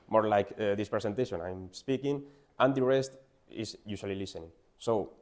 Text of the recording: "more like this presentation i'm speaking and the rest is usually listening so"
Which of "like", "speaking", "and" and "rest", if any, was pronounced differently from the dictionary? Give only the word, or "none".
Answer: none